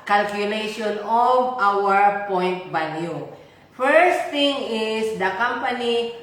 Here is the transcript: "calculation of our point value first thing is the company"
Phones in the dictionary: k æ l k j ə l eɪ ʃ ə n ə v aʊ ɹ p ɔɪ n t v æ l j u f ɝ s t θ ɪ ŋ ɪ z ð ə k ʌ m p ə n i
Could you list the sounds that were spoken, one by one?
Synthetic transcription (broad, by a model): k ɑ l k j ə l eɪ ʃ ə n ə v aʊ ɹ p ɔɪ n t b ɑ n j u f ɝ s t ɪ ŋ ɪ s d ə k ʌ m p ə n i